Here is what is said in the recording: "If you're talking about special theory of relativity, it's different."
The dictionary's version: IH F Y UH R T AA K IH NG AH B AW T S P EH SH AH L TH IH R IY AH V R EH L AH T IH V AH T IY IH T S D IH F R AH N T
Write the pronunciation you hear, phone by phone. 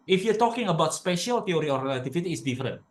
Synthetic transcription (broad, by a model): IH F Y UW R T AA K IH NG AH B AW T S P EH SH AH L T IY R IY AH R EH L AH T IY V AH T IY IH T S D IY F R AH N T